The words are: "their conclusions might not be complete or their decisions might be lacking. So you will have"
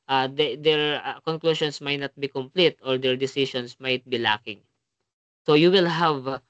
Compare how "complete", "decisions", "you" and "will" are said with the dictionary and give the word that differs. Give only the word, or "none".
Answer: decisions